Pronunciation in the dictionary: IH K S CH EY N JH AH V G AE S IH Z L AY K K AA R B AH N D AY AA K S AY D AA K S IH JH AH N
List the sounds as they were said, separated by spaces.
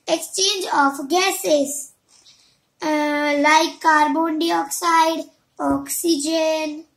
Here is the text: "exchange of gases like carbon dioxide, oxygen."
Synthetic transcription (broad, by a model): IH K S CH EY N JH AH F G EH S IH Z L AY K K AA R B AH N D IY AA K S AY D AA K S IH JH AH N